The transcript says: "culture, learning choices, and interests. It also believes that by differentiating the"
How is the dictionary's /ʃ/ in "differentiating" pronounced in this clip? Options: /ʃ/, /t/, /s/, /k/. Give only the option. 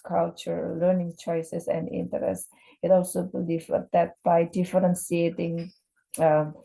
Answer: /s/